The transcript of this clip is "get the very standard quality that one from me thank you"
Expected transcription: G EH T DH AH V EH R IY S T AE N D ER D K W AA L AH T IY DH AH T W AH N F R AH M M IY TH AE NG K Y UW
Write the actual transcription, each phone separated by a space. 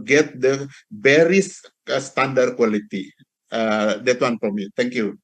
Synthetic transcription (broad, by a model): G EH T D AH B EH R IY S T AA N D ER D K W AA L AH T IY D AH T W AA N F R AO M M IY T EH NG K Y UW